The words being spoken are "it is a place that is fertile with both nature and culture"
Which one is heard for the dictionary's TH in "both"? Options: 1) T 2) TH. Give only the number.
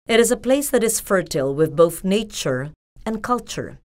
2